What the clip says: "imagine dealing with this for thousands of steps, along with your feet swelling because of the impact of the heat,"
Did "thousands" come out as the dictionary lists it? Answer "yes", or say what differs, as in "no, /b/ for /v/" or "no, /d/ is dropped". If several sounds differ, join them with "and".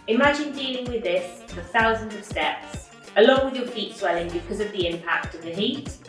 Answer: yes